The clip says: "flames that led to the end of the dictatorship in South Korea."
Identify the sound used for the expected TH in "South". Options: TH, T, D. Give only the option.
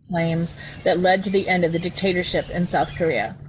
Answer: TH